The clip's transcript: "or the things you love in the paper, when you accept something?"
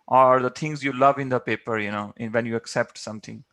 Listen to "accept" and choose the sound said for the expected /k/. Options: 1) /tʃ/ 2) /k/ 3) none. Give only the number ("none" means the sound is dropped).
2